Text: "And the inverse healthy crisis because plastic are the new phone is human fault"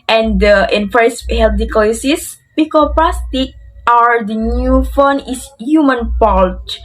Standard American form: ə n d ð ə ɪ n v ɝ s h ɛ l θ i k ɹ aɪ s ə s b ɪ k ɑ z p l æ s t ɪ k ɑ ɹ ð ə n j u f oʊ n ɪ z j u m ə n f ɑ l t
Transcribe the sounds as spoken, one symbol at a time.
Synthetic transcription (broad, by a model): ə n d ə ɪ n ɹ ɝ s h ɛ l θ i k aɪ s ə s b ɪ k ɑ p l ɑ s t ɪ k ɑ ɹ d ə n j u f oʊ n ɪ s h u m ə n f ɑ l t